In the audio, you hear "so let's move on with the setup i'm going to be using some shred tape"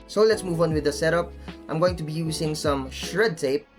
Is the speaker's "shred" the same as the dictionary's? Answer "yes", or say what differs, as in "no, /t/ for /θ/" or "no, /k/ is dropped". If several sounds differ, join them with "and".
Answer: yes